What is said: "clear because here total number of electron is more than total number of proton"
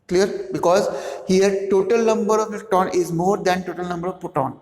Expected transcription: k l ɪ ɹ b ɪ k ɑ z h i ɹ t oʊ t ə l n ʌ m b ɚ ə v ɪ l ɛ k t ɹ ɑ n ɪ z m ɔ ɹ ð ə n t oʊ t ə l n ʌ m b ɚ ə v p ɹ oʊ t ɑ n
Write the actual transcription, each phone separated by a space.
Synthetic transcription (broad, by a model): k l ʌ ɹ b ɪ k ɑ z h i ɹ t oʊ t ə l n ʌ m b ɚ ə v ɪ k t ɑ n ɪ z m ɔ ɹ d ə n t oʊ t ə l n ʌ m b ɚ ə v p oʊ t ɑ n